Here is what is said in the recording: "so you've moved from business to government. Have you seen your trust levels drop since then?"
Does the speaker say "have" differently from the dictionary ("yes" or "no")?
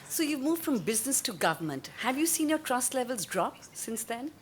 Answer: no